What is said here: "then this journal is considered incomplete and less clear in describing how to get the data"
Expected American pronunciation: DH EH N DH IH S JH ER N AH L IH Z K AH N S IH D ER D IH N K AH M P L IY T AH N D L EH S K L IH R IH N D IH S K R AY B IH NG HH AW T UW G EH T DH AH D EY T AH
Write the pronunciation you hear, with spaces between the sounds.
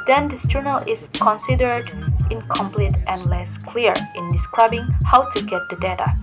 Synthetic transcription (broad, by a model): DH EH N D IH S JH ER N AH L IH S K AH N S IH D ER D IH N K AH M P L IY T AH N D L EH S K L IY R IH N D IH S K R AY B IH NG HH AW T UW G EH T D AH D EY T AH